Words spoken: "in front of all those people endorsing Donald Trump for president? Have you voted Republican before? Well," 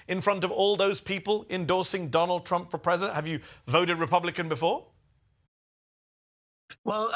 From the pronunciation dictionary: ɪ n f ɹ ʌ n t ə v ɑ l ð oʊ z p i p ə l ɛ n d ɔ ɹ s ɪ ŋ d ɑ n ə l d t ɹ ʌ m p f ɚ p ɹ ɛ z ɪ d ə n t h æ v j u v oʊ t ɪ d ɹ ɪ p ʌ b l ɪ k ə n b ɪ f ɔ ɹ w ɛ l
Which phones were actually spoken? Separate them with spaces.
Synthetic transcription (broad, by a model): ɪ n f ɹ ʌ n t ə v ɑ l ð oʊ z p i p ə l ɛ n d ɔ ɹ s ɪ ŋ d ɑ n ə l d t ɹ ʌ m p f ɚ p ɹ ɛ z ɪ d ə n t h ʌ v j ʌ v oʊ t ɪ d ɹ ɪ p ʌ b l ɪ k ə n b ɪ f ɔ w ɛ l